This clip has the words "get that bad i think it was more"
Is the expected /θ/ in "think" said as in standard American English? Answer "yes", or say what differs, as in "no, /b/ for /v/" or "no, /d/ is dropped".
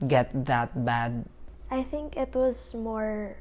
yes